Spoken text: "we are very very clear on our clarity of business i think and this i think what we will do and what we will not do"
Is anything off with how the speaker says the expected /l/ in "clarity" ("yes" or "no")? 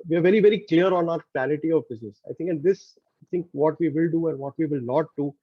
yes